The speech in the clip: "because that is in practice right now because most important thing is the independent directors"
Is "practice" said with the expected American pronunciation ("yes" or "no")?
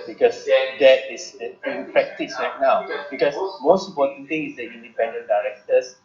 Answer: no